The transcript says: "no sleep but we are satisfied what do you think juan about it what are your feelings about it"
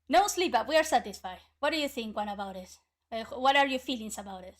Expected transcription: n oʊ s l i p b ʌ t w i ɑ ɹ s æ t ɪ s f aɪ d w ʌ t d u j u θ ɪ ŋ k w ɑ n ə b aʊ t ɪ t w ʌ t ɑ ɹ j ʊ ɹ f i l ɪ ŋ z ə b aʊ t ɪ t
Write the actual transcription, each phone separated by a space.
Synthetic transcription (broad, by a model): n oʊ s l i p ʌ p w i ɑ ɹ s æ t ɪ s f aɪ d w ʌ t d u j u θ ɪ ŋ k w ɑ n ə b aʊ t ɪ t w ʌ t ɑ ɹ j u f i l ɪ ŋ s ə b aʊ t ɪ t